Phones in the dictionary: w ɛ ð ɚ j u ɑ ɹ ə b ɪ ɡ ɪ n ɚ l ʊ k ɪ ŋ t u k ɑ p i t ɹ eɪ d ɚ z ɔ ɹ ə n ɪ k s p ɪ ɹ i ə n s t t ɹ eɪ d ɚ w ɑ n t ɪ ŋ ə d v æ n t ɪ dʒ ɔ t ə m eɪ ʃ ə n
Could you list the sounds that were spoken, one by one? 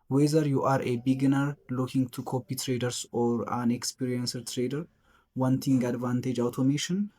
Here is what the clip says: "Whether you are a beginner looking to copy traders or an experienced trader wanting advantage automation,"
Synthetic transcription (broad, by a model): w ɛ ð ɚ j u ɑ ɹ ə b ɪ ɡ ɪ n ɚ l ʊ k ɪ ŋ t u k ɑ p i t ɹ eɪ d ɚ s ɔ ɹ ə n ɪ k s p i ɹ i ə n s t t ɹ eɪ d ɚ w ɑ n t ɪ ŋ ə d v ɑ n t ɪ dʒ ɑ t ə m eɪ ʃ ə n